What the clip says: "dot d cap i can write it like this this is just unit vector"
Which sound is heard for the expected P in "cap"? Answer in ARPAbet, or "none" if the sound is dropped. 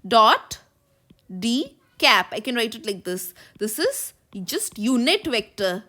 P